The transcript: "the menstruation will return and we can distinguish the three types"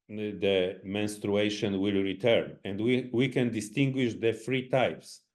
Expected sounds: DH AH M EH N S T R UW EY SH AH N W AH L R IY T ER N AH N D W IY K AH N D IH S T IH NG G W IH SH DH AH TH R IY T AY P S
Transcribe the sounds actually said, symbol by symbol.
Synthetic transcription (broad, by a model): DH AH M EH N S T R UW EY SH AH N W AH L R IY T ER N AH N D W IY K AH N D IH S T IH NG G W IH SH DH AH F R IY T AY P S